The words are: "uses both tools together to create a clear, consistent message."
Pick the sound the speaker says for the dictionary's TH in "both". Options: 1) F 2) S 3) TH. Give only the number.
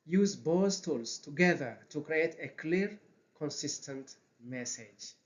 2